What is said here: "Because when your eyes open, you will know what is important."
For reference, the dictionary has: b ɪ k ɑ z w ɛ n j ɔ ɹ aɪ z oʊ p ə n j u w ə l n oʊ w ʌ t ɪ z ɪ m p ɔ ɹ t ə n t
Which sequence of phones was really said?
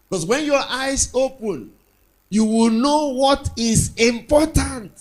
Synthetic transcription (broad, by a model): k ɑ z w ɛ n j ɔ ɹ aɪ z oʊ p ə n j u w ə l n oʊ w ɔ t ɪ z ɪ m p ɔ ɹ t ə n t